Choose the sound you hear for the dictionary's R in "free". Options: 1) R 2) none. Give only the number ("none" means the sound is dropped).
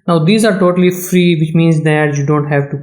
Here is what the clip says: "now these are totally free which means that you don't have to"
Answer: 1